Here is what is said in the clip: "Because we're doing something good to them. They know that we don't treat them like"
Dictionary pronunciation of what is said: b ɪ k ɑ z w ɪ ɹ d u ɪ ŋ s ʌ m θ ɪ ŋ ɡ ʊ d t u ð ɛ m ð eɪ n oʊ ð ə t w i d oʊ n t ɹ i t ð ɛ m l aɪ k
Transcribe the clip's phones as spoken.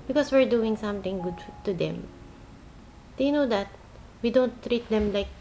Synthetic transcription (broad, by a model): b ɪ k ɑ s w ɪ ɹ d u ɪ ŋ s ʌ m t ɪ ŋ ɡ ʊ d t u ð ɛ m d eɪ n oʊ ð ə t w i d oʊ n t ɹ i t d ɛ m l aɪ k